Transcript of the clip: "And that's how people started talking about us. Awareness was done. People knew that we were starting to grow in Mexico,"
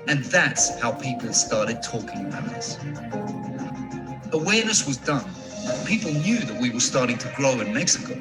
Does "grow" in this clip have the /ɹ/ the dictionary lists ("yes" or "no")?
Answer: no